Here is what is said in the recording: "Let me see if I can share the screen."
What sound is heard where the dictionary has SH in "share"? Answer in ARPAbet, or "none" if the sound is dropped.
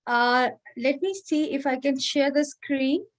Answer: SH